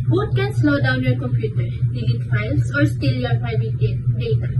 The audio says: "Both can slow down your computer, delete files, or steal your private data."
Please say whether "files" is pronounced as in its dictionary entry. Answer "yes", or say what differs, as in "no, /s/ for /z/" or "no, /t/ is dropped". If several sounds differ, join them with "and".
no, /s/ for /z/